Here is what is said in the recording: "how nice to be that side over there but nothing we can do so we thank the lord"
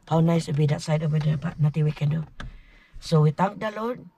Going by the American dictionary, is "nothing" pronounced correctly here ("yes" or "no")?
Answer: no